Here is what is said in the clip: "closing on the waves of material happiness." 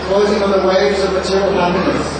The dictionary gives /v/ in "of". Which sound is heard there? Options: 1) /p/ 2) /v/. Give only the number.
2